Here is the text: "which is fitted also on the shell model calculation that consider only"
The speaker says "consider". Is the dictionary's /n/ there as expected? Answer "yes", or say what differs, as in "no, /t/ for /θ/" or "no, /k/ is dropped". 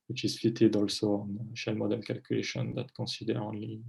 no, /n/ is dropped